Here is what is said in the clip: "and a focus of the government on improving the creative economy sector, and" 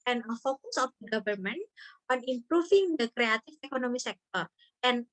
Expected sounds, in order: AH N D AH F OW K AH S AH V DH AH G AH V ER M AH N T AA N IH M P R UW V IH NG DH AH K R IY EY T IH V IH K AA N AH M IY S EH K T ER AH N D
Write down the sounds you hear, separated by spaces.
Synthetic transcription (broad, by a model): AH N AH F OW K AH S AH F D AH G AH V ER M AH N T AA N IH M P R UW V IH NG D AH K R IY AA T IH F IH K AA N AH M IY S EH K T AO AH N